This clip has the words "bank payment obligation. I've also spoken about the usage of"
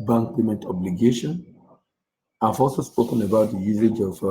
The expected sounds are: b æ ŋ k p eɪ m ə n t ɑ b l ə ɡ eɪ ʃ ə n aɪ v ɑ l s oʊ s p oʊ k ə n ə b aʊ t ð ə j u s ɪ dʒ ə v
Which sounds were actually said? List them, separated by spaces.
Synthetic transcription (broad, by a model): b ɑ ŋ k p eɪ m ə n t ɑ b l ə ɡ eɪ ʃ ə n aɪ f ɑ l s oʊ s p oʊ k ə n ə b aʊ t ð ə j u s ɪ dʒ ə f